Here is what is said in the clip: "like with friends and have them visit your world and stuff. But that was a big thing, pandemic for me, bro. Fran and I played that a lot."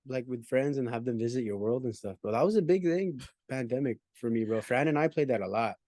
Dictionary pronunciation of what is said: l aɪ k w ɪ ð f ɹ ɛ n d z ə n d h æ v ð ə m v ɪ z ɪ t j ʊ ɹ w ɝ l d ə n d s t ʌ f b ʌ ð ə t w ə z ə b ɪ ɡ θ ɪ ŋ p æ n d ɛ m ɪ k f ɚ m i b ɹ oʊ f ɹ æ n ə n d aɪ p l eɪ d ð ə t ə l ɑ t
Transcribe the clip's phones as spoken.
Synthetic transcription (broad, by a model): l aɪ k w ɪ ð f ɹ ɛ n d z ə n h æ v ð ə m v ɪ z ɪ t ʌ ɹ w ɝ l d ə n s t ʌ f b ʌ ð ə t w ə z ə b ɪ ɡ θ ɪ ŋ p æ n d ɛ m ɪ k f ɚ m i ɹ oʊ f ɹ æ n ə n aɪ p l eɪ d ð ə t ə l ɑ t